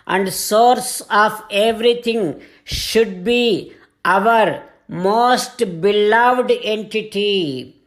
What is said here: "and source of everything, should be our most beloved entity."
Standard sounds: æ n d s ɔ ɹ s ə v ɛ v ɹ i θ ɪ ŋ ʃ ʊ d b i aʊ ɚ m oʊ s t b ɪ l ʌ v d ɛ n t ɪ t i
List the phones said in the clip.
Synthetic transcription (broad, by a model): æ n d s ɔ ɹ s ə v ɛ v ɹ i t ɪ ŋ ʃ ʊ d b i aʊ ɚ m oʊ s t b ɪ l ʌ v d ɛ n t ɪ t i